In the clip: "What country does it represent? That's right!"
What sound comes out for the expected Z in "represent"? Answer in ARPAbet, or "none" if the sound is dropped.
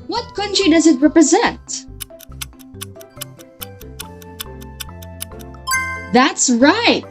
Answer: Z